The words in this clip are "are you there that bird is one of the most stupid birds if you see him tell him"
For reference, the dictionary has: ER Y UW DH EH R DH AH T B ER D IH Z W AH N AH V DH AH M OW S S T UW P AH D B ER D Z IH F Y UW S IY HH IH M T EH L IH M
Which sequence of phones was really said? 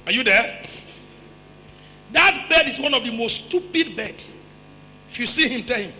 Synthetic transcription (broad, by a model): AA Y UW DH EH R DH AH T B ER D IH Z W AH N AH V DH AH M OW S S T UW P AH D B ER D S IH F Y UW S IY HH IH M T EH L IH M